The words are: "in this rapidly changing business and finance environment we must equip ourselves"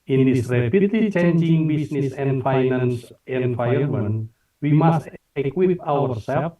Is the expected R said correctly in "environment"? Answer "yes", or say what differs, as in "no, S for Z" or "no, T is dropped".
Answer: no, R is dropped